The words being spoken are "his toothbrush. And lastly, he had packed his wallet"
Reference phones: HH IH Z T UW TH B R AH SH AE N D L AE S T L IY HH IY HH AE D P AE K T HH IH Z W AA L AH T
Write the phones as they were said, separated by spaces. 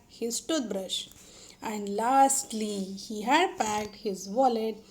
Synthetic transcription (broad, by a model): HH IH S T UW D B R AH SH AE N D L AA S T L IY HH IY HH AE D P AE K T HH IH Z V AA L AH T